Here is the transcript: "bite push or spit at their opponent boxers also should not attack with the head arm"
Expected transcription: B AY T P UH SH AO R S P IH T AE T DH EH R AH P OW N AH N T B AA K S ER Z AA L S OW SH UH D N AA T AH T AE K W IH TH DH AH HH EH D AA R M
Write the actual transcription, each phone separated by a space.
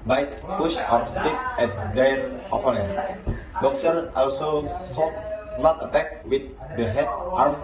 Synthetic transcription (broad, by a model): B AY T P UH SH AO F S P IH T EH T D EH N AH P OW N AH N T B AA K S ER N AA L S OW S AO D N AA T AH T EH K W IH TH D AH HH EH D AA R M